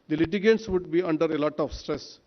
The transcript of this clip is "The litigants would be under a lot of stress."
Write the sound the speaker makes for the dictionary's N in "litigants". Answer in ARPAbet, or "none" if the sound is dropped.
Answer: none